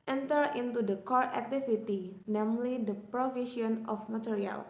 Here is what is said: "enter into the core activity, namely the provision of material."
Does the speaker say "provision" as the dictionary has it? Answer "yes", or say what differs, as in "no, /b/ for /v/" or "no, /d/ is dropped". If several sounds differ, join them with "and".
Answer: no, /ʃ/ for /ʒ/